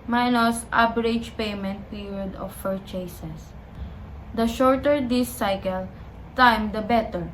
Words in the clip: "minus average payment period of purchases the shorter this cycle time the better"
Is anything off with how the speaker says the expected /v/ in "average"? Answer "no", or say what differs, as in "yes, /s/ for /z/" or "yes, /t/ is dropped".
yes, /b/ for /v/